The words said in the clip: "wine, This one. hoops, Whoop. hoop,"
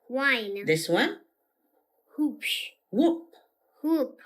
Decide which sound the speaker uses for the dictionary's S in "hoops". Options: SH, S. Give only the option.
SH